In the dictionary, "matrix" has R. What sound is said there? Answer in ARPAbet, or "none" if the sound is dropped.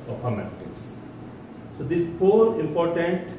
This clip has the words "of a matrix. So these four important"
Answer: none